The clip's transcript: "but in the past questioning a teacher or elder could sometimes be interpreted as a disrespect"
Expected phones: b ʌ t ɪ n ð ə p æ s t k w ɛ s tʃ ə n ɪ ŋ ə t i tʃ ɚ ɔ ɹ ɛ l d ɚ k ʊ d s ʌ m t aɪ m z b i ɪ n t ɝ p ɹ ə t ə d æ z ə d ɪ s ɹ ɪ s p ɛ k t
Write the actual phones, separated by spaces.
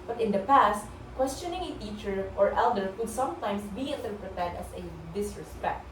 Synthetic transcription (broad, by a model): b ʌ t ɪ n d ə p æ s t k w ɛ s tʃ ə n ɪ ŋ ə t i tʃ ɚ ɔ ɹ ɛ l d ɚ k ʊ d s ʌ m t aɪ m s b i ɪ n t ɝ p ɹ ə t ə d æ s ə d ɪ s ɹ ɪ s p ɛ k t